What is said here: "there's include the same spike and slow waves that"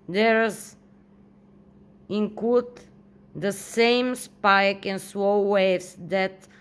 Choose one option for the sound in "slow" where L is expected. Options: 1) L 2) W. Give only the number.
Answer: 2